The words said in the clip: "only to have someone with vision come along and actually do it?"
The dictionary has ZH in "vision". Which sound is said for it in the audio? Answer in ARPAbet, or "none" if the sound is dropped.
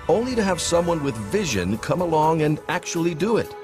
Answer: ZH